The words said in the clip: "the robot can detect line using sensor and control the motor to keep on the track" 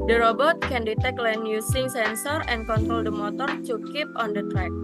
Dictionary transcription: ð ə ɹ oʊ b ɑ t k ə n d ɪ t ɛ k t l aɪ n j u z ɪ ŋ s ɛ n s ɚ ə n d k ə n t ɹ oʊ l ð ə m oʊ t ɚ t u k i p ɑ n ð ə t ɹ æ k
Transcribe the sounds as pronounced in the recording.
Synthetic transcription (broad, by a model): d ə ɹ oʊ b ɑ t k ə n d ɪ t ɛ k l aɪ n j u s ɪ ŋ s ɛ n s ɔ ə n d k ə n t ɹ oʊ l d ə m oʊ t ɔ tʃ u k i p ɑ n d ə t ɹ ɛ k